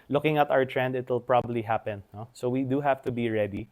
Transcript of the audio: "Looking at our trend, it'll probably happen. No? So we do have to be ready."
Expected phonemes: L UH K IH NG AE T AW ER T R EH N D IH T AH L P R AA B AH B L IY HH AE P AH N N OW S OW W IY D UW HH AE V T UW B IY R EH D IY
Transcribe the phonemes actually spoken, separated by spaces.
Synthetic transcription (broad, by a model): L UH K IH NG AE T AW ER T R EH N D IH T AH L P R AA B AH B L IY HH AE P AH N N OW S OW W IY D UW HH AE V T UW B IY R EH D IY